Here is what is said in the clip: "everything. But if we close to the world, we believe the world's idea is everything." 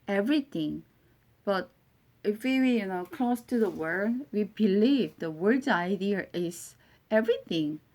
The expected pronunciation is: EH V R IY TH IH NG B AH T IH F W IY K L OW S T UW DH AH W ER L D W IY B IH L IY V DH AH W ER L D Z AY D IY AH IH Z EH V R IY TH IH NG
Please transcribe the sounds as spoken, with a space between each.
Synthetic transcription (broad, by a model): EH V R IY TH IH NG B AH T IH F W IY K L OW S T UW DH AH W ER D W IY B IH L IY V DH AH W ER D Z AY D IY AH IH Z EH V R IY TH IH NG